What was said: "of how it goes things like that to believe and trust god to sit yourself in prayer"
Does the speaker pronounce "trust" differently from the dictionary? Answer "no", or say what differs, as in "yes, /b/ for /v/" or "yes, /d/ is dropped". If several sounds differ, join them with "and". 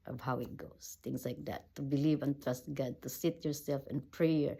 no